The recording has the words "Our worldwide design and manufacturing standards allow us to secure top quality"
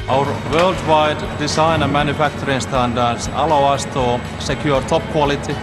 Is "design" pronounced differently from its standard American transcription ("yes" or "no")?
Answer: yes